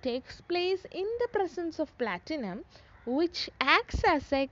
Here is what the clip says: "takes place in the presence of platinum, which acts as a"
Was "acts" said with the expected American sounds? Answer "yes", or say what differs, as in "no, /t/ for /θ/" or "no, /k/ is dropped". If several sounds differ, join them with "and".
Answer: yes